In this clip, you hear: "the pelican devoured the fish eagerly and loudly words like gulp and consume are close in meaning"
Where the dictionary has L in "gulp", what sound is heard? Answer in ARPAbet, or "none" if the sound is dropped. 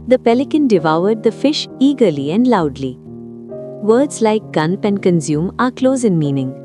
N